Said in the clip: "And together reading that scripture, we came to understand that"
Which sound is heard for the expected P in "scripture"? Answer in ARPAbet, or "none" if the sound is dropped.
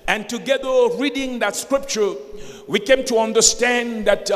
P